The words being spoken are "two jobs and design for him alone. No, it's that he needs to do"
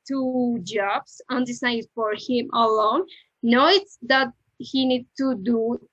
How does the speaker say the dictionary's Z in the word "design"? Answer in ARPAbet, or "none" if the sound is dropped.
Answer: S